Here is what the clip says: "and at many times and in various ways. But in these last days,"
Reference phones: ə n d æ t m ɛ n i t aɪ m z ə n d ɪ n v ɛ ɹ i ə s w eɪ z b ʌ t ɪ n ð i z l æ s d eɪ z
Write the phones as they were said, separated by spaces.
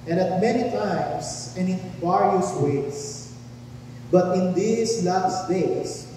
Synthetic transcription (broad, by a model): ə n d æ t m ɛ n i t aɪ m s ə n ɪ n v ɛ ɹ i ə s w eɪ s b ʌ t ɪ n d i s l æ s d eɪ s